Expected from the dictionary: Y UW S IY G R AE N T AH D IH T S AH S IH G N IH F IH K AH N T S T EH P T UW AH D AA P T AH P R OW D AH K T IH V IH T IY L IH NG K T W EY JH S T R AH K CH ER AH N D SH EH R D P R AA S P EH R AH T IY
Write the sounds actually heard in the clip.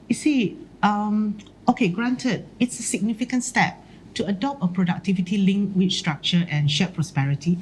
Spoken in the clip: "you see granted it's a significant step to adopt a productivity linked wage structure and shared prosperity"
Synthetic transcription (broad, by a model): Y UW S IY G R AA N T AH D IH T S AH S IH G N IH F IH K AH N T S T EH P T UW AH D AA P T AH P R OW D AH K T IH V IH T IY L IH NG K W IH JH S T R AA K CH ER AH N SH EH P R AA S P EH R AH T IY